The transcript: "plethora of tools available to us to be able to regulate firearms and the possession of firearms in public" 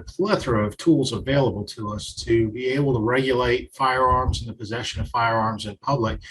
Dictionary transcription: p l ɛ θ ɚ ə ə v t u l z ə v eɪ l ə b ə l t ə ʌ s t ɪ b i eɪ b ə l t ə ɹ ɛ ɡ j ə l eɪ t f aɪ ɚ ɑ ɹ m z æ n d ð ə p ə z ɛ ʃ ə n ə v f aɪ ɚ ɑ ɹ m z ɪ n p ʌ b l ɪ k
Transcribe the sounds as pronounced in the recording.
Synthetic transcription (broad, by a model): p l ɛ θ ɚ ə ə v t u l z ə v eɪ l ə b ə l t ə ʌ s t ɪ b i eɪ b l t ə ɹ ɛ ɡ j ə l eɪ t f aɪ ɚ ɑ ɹ m z n ð ə p ə z ɛ ʃ ə n ə v f aɪ ɚ ɑ ɹ m z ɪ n p ʌ b l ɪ k